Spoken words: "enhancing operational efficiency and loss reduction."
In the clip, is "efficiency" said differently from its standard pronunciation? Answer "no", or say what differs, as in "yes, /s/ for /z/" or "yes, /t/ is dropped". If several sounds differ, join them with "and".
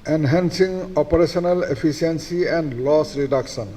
yes, /p/ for /f/ and /s/ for /ʃ/